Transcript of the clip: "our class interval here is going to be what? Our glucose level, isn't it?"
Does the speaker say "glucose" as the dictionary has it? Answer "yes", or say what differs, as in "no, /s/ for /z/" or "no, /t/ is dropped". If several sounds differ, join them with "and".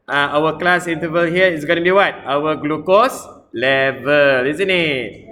yes